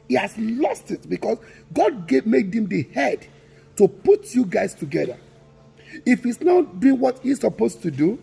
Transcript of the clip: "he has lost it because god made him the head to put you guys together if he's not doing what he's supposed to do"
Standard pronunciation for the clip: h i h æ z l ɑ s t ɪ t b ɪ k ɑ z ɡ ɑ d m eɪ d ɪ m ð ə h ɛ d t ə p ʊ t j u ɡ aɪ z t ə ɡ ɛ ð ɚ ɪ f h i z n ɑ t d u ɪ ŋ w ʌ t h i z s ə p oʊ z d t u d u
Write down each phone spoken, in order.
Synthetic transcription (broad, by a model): h i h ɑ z l ɑ s t ɪ t b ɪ k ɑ s ɡ ɑ d m eɪ d ɪ m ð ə h ɛ d t ə p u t j u ɡ aɪ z t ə ɡ ɛ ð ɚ ɪ f h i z n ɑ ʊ d u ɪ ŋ w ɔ t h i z s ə p oʊ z t u d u